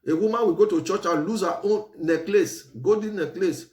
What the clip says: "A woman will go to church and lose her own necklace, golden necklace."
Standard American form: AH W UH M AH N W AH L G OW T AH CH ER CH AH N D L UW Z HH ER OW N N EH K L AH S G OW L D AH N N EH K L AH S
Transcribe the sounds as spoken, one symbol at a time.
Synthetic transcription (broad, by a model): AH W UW M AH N W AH G OW T AH CH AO CH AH L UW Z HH OW N N EH K L AH S G OW D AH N N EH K L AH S